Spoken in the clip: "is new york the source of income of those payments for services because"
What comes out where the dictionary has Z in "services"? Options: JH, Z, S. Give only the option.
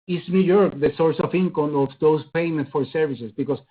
S